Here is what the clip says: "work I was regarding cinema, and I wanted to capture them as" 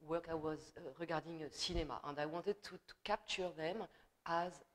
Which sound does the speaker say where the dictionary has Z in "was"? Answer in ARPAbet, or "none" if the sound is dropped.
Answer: Z